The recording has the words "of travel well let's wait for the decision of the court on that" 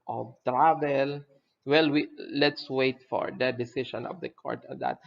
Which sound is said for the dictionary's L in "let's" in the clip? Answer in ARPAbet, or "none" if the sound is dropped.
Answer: W